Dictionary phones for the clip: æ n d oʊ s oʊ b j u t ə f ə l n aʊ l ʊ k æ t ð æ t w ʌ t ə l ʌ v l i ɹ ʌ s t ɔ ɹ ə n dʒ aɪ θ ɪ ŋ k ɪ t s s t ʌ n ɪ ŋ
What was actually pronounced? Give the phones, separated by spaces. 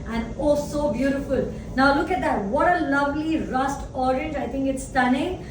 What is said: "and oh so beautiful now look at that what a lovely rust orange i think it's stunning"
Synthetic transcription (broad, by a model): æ n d oʊ s oʊ b j u t ə f ə l n aʊ l ʊ k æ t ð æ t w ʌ t ə l ʌ v l i ɹ ʌ s t ɔ ɹ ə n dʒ aɪ t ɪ ŋ k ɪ t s s t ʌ n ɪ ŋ